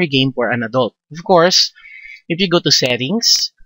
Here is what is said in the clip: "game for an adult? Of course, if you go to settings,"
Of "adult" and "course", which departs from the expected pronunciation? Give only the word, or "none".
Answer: none